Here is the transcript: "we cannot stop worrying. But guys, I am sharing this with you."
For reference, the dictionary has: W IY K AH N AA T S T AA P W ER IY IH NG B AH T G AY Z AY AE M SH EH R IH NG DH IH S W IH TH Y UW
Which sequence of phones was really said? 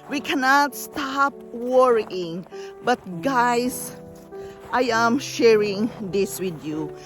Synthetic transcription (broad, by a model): W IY K AH N AA T S T AA P W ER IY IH NG B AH T G AY S AY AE M SH EH R IH NG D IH S W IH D Y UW